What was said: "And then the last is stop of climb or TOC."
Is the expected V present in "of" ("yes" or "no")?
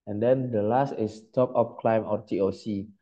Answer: no